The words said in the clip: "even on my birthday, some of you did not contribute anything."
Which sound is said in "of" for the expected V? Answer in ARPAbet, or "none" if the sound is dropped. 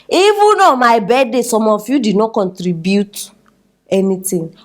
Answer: F